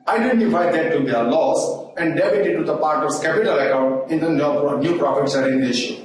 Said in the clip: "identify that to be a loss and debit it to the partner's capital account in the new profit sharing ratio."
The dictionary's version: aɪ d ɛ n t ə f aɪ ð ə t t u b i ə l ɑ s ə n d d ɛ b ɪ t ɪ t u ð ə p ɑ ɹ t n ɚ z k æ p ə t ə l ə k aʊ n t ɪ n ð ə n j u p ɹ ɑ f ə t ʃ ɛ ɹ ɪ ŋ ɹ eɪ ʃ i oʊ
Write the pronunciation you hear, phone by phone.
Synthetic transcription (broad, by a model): aɪ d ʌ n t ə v aɪ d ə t t u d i ə l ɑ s ə n d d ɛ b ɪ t ɪ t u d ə p ɑ ɹ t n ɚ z k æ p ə t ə l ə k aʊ n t ɪ n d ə n j u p ɹ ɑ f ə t s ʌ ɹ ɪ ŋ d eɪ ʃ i